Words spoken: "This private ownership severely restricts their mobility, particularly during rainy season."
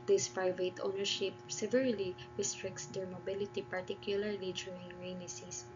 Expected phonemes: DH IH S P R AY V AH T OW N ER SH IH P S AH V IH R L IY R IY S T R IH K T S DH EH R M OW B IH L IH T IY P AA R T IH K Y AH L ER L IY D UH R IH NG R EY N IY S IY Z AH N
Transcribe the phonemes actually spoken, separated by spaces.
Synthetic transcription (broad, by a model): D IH S P R AY V AH T OW N ER SH IH P S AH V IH R L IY R IY S T R IH K T S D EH R M OW B IH L IH T IY P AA R T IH K Y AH L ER L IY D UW IH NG R EY N IY S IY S